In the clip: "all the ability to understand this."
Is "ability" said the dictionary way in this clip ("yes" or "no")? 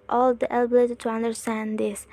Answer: yes